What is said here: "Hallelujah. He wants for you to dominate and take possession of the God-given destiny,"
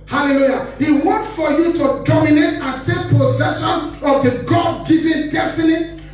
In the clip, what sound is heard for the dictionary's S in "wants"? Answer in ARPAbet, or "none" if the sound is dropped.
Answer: none